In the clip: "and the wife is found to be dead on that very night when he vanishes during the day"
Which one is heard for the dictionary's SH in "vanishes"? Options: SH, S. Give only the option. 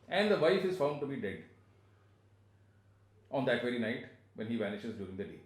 SH